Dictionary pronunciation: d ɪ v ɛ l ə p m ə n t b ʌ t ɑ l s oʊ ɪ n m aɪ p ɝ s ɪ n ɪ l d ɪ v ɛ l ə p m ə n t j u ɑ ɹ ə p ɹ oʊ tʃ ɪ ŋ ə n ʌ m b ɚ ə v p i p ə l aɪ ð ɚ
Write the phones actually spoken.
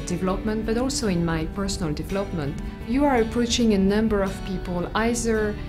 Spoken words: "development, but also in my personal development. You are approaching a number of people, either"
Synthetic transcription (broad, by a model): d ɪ v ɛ l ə p m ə n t b ʌ t ɑ l s oʊ ɪ n m aɪ p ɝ s n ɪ l d ɪ v ɛ l ə p m ə n t j u ɑ ɹ ə p ɹ oʊ tʃ ɪ ŋ ə n ʌ m b ɚ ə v p i p ə l aɪ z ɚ